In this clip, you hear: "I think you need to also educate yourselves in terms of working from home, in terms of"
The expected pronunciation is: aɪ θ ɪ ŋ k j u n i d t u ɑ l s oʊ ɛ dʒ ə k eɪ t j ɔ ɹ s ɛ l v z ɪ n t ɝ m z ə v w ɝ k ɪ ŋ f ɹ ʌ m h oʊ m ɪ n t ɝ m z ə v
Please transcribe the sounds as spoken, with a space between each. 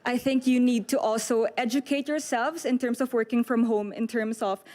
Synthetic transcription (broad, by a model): aɪ θ ɪ ŋ k j u n i d t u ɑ l s oʊ ɛ dʒ ə k eɪ t j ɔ ɹ s ɛ l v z ɪ n t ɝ m s ə v w ɝ k ɪ ŋ f ɹ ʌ m h oʊ m ɪ n t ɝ m s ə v